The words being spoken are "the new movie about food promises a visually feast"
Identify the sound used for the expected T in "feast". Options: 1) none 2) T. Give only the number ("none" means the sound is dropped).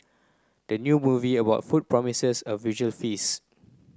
1